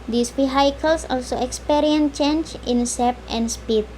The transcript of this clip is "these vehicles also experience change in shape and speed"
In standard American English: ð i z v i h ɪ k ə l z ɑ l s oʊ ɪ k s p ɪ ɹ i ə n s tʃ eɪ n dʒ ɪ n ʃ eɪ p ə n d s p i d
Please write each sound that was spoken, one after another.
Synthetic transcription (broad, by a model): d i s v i h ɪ k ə l s ɑ l s oʊ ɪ k s p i ɹ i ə n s tʃ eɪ n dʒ ɪ n s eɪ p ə n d s p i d